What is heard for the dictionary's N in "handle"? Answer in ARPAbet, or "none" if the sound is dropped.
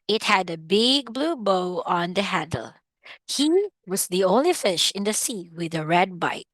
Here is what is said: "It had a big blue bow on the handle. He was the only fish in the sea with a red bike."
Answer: none